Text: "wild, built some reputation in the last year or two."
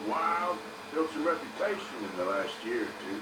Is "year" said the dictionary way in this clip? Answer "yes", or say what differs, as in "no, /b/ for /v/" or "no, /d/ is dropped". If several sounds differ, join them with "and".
yes